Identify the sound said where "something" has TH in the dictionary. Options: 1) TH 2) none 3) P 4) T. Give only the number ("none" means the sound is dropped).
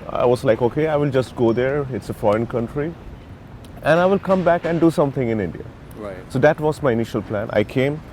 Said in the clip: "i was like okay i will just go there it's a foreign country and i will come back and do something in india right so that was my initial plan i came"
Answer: 4